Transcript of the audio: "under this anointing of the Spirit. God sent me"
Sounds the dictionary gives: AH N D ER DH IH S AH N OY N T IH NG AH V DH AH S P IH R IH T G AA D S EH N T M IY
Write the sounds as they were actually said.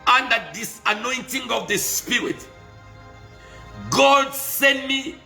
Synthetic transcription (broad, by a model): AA N D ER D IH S AH N OY N T IH NG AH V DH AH S P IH R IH T G AA D S EH N T M IY